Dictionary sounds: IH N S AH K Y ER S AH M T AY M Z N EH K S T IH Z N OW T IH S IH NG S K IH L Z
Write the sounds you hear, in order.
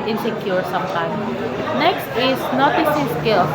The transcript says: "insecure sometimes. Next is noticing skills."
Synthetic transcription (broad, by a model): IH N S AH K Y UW S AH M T AY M N EH K S T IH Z N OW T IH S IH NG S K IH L